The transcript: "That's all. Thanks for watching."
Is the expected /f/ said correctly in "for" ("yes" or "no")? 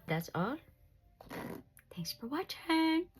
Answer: yes